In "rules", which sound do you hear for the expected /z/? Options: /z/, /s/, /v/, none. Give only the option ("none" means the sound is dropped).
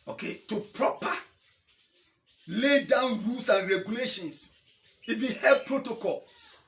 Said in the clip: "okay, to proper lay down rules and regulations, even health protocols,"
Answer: /s/